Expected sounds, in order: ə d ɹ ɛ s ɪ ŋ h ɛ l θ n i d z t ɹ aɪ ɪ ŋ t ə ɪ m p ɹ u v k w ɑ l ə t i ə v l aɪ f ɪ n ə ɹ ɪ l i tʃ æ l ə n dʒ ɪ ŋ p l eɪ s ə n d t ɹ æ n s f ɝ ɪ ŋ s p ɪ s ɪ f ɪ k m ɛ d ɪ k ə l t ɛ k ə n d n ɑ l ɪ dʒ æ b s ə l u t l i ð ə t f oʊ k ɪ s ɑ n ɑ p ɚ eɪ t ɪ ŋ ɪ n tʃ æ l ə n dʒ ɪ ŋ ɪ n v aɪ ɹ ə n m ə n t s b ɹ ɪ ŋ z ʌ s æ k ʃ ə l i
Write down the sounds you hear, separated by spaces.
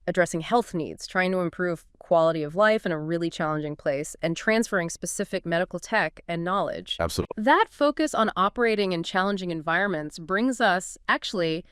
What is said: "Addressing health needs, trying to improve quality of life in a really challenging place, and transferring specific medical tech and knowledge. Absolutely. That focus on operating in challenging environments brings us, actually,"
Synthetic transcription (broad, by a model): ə d ɹ ɛ s ɪ ŋ h ɛ l θ n i d z t ɹ aɪ ɪ ŋ t ə ɪ m p ɹ u v k w ɑ l ə t i ə v l aɪ f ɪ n ə ɹ ɪ l i tʃ æ l ə n dʒ ɪ ŋ p l eɪ s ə n t ɹ æ n s f ɝ ɪ ŋ s p ɪ s ɪ f ɪ k m ɛ d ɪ k l t ɛ k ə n n ɑ l ɪ dʒ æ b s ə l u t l ð ə t f oʊ k ɪ s n ɑ p ɚ eɪ t ɪ ŋ ɪ n tʃ æ l ə n dʒ ɪ ŋ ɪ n v aɪ ɹ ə n m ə n t s b ɹ ɪ ŋ z ʌ s æ k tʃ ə l i